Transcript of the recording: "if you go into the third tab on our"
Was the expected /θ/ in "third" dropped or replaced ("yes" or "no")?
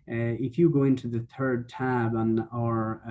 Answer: no